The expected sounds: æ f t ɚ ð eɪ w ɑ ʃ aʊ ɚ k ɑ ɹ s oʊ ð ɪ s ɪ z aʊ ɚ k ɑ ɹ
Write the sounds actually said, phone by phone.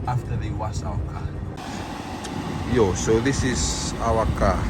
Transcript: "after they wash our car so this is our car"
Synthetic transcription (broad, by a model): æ f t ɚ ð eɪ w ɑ s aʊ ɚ k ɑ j s oʊ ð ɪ s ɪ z aʊ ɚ k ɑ